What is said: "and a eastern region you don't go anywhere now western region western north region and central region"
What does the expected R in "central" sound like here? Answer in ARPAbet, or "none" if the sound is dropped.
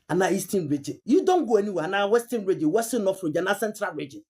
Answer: R